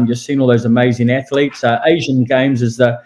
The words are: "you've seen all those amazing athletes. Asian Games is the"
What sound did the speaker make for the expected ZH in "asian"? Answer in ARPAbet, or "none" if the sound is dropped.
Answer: ZH